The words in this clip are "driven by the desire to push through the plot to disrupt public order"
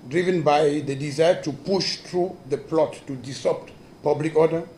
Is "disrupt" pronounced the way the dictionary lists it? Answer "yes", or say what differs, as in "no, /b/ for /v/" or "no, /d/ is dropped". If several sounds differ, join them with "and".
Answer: no, /ɹ/ is dropped